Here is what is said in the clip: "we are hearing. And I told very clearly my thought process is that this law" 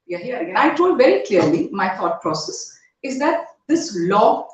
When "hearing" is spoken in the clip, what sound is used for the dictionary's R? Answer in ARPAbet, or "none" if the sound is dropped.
none